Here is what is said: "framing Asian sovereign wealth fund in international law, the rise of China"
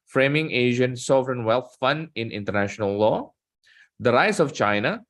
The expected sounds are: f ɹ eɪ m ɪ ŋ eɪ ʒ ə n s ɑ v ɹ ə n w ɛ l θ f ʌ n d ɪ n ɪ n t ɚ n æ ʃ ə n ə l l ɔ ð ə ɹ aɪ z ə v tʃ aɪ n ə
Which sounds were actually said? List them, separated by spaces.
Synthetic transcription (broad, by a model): f ɹ eɪ m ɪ ŋ eɪ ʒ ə n s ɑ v ɹ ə n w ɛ l t f ʌ n d ɪ n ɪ n t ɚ n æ ʃ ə n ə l l ɔ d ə ɹ aɪ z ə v tʃ aɪ n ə